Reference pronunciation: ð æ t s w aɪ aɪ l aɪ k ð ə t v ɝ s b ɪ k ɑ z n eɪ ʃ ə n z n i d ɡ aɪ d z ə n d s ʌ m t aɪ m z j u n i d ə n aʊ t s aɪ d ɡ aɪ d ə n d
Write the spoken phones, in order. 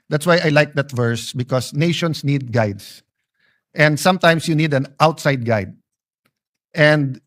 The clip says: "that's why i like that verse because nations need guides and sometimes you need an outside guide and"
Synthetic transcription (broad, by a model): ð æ t s w aɪ aɪ l aɪ k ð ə t v ɝ s b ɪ k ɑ s n eɪ ʃ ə n s n i d ɡ aɪ d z ə n d s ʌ m t aɪ m s j u n i d ə n aʊ t s aɪ d ɡ aɪ d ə n d